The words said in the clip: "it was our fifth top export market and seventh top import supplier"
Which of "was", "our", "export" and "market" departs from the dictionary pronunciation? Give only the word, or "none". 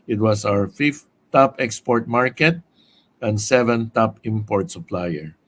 was